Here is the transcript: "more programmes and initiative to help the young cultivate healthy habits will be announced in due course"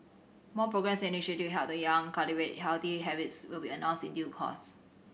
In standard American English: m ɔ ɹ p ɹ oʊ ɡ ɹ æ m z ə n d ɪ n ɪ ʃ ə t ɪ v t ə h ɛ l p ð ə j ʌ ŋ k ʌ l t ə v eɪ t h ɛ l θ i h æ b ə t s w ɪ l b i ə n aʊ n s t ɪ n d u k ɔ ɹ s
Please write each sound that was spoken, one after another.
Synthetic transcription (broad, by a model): m ɔ p ɹ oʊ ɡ ɹ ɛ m s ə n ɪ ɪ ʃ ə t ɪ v h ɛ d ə j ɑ ŋ k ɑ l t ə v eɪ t h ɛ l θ i h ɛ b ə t s w ɪ l b i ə n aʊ s ɪ n d u k ɔ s